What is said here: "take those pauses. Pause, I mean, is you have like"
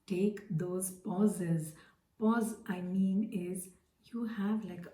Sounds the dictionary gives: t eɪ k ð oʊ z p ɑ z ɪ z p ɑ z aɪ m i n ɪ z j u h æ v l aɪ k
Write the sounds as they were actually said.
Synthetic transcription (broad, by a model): t eɪ k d oʊ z p ɑ z ɪ z p ɑ z aɪ m i n ɪ z j u h æ v l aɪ k